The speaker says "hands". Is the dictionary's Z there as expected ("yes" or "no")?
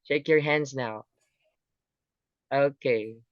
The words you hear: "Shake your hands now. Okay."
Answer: yes